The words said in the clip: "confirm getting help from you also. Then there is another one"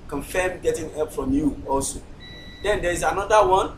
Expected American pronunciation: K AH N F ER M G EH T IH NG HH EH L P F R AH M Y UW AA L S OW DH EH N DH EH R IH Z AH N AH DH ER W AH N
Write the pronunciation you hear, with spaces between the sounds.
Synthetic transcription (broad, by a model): K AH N F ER M G EH T IH NG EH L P F R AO M Y UW AA L S OW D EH N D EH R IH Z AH N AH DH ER W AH N